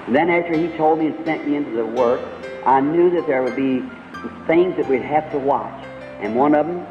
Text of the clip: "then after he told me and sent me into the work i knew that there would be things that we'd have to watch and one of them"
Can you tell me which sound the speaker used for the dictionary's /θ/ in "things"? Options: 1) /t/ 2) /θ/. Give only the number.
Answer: 2